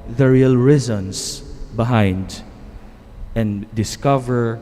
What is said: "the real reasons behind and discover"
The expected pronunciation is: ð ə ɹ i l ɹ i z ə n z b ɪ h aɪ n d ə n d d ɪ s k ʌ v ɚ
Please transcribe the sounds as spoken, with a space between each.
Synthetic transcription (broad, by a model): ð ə ɹ i l ɹ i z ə n s b ɪ h aɪ n d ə n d d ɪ s k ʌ v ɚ